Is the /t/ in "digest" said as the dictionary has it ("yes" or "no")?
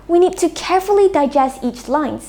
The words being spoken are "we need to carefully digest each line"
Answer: yes